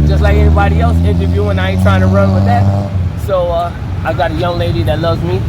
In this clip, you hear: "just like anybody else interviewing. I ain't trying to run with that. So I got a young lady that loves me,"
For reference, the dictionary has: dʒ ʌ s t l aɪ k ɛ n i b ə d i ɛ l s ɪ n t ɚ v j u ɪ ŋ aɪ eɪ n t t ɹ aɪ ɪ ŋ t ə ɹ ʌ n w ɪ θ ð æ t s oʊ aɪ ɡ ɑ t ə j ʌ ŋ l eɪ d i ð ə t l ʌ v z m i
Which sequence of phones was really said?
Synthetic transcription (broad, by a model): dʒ ʌ s t l aɪ k ɛ n i b ə d i ɛ l s ɪ n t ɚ v j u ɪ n aɪ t t ɹ aɪ ɪ ŋ t ə ɹ ʌ n w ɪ ð æ t s oʊ aɪ ɡ ɑ t ə j ʌ ŋ l eɪ d i ð ə t l ʌ v z m i